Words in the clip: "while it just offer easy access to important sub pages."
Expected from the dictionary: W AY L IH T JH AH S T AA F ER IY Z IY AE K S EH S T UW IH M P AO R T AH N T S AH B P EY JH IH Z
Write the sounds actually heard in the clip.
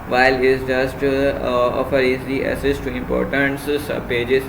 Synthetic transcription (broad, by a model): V AY L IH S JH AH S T AA F ER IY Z IY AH S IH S T UW IH M P AO R T AH N T S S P EY JH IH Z